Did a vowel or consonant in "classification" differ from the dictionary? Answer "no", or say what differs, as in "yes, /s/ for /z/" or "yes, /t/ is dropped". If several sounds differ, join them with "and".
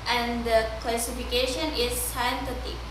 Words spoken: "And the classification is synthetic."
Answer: no